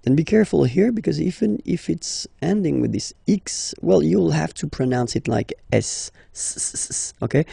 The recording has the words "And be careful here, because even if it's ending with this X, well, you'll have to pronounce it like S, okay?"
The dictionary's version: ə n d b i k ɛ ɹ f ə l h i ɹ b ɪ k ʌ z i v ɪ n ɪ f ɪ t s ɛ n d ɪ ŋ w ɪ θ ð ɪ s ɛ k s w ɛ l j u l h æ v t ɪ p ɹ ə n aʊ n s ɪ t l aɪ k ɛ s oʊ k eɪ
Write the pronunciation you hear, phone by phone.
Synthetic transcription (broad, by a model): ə n b i k ɛ ɹ f ə l h i ɹ b ɪ k ʌ z i v ɪ n ɪ f ɪ t s ɛ n d ɪ ŋ w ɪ ð ɪ s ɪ k s w ɛ l j u l h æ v t ɪ p ɹ ə n aʊ n s ɪ t l aɪ k ɛ s oʊ k eɪ